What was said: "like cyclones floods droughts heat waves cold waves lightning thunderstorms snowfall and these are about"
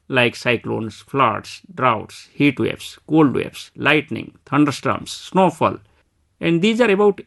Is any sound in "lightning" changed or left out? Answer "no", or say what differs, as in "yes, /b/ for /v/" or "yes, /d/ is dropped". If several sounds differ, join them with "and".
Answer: no